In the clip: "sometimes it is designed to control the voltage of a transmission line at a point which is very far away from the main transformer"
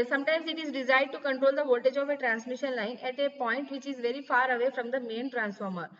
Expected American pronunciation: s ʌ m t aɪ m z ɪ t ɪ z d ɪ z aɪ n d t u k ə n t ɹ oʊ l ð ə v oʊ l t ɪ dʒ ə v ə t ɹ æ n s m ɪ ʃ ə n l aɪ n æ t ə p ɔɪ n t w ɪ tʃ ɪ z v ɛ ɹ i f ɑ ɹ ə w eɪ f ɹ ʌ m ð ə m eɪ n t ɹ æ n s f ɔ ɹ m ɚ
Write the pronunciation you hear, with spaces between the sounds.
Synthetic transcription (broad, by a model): s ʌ m t aɪ m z ɪ t ɪ z d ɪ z aɪ d t u k ə n t ɹ oʊ l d ə v oʊ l t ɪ dʒ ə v ə t ɹ æ n s m ɪ ʃ ə n l aɪ n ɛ t ə p ɔɪ n t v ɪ tʃ ɪ z v ɛ ɹ i f ɑ ɹ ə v eɪ f ɹ ʌ m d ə m eɪ n t ɹ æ n s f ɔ ɹ m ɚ